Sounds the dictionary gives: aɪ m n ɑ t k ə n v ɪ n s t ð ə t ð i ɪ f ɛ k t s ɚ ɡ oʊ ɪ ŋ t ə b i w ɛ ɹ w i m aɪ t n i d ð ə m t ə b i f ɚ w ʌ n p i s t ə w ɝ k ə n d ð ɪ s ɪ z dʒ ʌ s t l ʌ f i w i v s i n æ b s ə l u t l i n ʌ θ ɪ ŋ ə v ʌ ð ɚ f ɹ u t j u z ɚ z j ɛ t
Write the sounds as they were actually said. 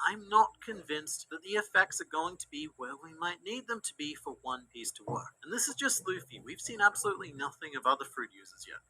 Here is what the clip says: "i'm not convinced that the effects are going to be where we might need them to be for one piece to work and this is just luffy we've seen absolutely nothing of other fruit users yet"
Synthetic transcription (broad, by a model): aɪ m n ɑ t k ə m v ɪ n s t ð ə t ð i ɪ f ɛ k t s ɚ ɡ oʊ ɪ ŋ t ə b i w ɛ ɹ w i m aɪ t n i d ð ə m t ə b i f ɚ w ʌ n p i s t ə w ɝ k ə n ð ɪ s ɪ z dʒ ʌ s t l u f i w i v s i n æ b s ə l u t l i n ʌ θ ɪ ŋ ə b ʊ ð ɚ f ɹ u t j u z ɚ z j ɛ t